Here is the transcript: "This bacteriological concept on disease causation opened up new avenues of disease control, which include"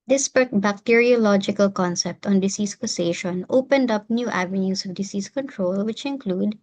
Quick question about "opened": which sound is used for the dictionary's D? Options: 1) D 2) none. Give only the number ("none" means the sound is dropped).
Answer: 1